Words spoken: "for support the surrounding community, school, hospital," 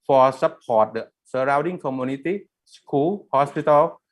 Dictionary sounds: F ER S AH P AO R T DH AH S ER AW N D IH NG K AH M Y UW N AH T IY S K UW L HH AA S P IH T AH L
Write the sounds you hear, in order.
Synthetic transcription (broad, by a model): F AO S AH P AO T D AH S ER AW D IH NG K AH M Y UW N AH T IY S K UW L HH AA S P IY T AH L